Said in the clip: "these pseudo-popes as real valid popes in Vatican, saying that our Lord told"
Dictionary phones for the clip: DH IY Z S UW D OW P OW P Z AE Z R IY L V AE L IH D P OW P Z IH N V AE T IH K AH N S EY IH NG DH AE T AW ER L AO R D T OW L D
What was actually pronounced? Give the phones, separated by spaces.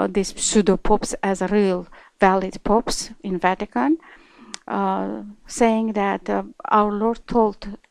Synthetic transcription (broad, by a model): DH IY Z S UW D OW P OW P S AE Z R IY L V AE L IH D P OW P S IH N V AE T IH K AH N S EY IH NG DH AE T AW ER L AO R D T OW L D